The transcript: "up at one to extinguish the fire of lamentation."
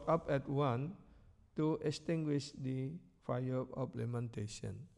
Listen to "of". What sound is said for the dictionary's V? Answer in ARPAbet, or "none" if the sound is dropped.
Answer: P